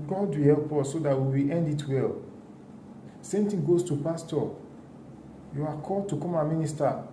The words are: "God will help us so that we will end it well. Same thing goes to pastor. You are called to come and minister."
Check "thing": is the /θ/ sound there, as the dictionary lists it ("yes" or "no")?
no